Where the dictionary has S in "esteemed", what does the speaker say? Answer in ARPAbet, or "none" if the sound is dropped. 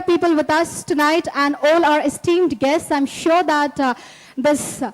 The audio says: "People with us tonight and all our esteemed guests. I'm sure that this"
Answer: S